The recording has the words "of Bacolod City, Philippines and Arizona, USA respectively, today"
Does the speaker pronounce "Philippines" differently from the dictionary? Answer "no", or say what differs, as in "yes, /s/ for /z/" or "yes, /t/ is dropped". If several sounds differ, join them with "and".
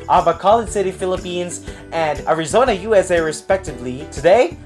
no